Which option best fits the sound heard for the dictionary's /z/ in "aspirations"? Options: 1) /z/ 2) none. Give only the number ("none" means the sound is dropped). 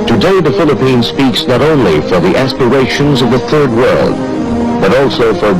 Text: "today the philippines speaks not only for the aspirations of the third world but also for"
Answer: 1